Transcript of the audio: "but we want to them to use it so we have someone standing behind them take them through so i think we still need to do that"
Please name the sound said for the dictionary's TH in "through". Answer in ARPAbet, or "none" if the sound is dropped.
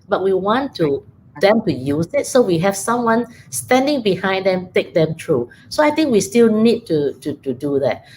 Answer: T